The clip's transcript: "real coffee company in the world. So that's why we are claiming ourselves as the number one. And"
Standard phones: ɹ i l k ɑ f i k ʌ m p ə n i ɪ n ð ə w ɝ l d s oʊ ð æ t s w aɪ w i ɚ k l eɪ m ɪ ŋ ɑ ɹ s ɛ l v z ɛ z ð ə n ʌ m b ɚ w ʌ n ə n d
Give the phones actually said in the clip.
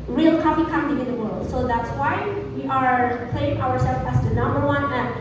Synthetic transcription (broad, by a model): ɹ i l k ɑ f i k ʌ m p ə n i ɪ n ð ə w ɝ l d s oʊ ð æ t s w aɪ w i ɚ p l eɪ ɪ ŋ ɑ ɹ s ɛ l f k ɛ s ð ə n ʌ m b ɚ w ʌ n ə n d